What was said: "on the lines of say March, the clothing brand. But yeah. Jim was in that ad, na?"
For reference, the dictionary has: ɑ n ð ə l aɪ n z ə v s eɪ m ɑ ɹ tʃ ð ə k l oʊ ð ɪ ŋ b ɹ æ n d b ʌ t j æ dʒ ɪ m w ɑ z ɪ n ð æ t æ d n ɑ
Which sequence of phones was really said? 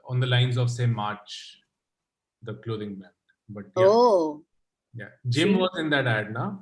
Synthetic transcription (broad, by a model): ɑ n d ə l aɪ n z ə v s eɪ m ɑ ɹ tʃ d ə k l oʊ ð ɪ ŋ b æ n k b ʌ t j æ dʒ ɪ m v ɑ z ɪ n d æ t æ d n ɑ